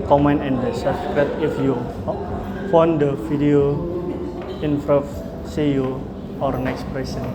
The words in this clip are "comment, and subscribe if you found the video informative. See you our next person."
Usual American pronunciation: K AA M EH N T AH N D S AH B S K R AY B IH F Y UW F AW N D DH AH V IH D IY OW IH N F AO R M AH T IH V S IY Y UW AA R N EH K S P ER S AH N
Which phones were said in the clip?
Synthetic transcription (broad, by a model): K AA M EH N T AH N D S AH S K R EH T IH F Y UW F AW N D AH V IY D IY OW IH N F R AH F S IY Y UW AA R N EH K S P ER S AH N